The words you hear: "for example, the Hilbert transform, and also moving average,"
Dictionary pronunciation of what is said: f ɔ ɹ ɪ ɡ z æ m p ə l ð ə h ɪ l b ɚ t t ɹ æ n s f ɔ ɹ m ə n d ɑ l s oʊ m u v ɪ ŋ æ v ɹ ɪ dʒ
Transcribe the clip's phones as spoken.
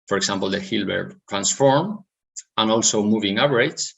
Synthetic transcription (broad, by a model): f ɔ ɹ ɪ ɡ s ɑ m p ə l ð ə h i l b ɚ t t ɹ æ n s f ɔ ɹ m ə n ɑ l s oʊ m u v ɪ ŋ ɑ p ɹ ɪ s